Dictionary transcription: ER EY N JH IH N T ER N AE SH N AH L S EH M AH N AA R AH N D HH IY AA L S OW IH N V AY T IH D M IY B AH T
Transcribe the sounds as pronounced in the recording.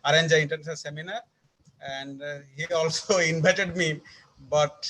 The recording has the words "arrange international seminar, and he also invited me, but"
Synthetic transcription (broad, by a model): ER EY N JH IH N T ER N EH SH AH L S EH M AH N AA R AH N D HH IY AA L S OW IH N B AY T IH D M IY B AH T